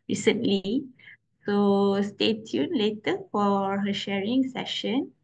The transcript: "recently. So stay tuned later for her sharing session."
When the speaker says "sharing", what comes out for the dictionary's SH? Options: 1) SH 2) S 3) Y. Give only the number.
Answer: 1